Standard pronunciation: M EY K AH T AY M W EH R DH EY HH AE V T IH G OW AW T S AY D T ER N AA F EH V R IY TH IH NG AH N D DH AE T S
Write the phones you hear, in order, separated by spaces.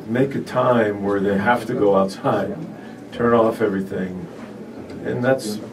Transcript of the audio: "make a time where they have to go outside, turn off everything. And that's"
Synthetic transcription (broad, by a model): M EY K AH T AY M W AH R DH EY HH AE F T IH G OW AW T S AY D T ER N AA F EH V R IY TH IH NG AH N DH AE T S